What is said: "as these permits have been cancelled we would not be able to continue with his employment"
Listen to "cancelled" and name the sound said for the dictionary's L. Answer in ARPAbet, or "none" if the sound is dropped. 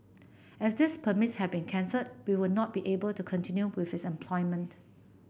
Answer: none